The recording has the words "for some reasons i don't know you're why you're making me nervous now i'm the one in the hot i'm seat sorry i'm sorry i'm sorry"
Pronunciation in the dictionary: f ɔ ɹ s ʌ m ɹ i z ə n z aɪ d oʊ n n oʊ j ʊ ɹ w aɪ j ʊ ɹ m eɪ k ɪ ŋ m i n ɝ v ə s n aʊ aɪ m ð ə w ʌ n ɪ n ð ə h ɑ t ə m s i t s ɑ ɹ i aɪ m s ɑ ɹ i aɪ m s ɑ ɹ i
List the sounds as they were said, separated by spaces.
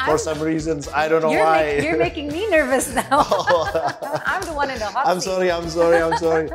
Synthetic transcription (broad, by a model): f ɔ ɹ s ʌ m ɹ i z ə n z aɪ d oʊ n n oʊ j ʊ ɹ w aɪ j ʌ ɹ m eɪ k ɪ ŋ m i n ɝ v ə s n aʊ aɪ m ð ə w ʌ n ɪ n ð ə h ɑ ə m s s ɑ ɹ i aɪ m s ɑ ɹ i aɪ m s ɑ ɹ i